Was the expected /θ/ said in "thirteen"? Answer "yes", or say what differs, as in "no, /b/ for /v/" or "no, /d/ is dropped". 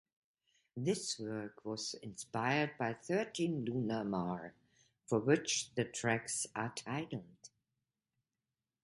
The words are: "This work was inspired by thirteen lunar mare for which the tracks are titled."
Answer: yes